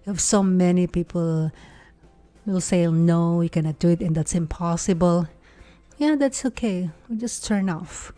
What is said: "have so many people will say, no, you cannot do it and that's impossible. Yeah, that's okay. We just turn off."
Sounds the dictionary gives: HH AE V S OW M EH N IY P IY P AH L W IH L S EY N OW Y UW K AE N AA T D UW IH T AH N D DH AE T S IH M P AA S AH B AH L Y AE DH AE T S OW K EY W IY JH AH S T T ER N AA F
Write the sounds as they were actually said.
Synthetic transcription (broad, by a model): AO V S OW M EH N IY P IY P AH L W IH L S EY N OW Y UW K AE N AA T D UW IH T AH N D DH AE T S IH M P AA S AH B AH L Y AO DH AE T S OW K EY W IY JH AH S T T ER N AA F